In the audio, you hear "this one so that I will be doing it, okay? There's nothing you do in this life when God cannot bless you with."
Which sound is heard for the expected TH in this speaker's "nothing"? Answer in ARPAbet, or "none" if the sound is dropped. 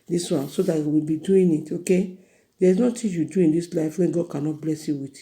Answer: T